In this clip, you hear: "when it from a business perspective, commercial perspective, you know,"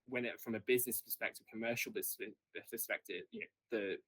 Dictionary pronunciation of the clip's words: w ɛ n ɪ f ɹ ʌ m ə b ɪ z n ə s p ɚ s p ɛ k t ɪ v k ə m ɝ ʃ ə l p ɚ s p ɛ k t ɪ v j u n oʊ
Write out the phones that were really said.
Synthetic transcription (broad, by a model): w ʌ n ɪ f ɹ ʌ m ə b ɪ z n ə s p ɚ s p ɛ k t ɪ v k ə m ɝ ʃ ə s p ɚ s p ɛ k t ɪ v j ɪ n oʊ